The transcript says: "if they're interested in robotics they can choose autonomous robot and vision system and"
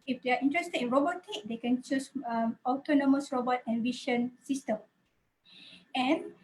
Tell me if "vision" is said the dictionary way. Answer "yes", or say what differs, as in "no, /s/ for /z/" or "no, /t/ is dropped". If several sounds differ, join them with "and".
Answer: no, /ʃ/ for /ʒ/